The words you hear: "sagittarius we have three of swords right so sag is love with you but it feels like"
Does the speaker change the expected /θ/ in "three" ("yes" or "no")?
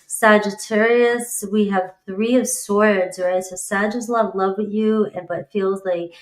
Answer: no